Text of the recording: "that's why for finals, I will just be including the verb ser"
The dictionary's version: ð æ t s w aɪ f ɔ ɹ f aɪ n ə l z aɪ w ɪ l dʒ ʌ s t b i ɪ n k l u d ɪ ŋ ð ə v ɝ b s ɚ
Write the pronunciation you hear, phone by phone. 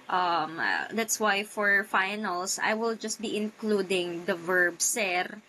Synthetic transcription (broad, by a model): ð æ t s w aɪ f ɔ ɹ f aɪ n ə l s aɪ w ɪ l dʒ ʌ s t b i ɪ n k l u d ɪ ŋ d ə v ɝ b s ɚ